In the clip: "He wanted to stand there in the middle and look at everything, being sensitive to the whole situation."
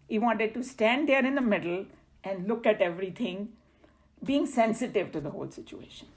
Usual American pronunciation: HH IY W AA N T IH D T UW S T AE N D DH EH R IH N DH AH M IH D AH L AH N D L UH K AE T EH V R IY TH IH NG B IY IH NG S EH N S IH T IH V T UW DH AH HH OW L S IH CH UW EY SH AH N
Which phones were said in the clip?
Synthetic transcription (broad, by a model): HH IY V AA N T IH D T UW S T AE N D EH R IH N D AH M IH D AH L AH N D L UH K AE T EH V R IY T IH NG B IY IH NG S EH N S IH T IH V T UW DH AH HH OW L S IH CH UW EY SH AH N